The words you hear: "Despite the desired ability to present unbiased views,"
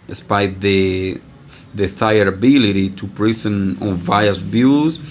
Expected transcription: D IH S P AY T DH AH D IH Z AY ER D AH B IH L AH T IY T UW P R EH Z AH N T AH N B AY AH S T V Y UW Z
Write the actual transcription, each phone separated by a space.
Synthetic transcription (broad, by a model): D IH S P AY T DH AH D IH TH AY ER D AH B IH L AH T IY T UW P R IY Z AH N AH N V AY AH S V Y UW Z